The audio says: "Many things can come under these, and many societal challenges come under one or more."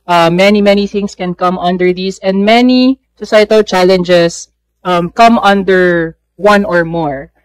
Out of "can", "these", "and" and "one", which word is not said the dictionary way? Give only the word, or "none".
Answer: these